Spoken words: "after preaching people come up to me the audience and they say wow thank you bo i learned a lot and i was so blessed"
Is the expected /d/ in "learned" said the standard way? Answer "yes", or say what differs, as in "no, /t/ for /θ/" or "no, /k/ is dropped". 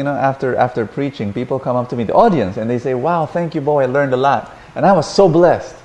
yes